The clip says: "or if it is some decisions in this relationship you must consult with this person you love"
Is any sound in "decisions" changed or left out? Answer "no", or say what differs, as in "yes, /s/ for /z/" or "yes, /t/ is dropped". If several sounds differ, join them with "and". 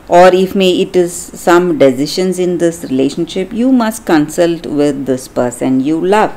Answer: yes, /ʃ/ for /ʒ/